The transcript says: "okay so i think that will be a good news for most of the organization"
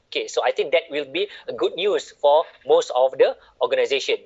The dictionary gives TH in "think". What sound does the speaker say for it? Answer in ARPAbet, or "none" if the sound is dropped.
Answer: T